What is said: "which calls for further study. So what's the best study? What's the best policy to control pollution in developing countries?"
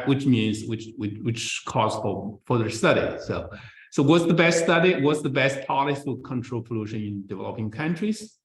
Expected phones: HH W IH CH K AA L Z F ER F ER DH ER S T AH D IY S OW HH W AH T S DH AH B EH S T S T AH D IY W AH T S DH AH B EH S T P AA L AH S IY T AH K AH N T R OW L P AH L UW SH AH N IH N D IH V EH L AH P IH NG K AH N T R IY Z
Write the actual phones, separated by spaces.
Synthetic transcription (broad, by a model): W W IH CH K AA Z F ER F ER DH ER S T AH D IY S OW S W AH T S DH AH B EH S T S T AH D IY W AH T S DH AH B EH S T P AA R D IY S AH K AH N T R OW L P AH L UW SH AH N IH N D IH V EH L AH P IH NG K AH N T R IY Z